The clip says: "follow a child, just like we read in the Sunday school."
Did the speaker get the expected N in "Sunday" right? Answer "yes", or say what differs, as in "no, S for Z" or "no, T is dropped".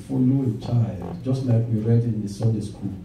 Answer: no, N is dropped